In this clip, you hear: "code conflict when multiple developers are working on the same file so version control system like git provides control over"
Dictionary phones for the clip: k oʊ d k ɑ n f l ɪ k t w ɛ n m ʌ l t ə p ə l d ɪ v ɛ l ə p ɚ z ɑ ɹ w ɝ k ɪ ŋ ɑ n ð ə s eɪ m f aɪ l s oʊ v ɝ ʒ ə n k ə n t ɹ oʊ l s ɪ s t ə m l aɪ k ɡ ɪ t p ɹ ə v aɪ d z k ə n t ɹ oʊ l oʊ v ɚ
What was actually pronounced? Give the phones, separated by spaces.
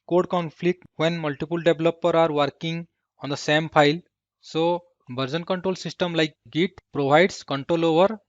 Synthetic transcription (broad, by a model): k oʊ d k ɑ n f l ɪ k t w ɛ n m ʌ l t ə p ə l d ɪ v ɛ l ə p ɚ ɑ ɹ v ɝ k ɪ ŋ ɑ n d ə s eɪ m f aɪ l s oʊ b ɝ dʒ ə n k ə n t ɹ oʊ l s ɪ s t ə m l aɪ k ɡ ɪ t p ɹ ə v aɪ d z k ə n t ɹ oʊ l oʊ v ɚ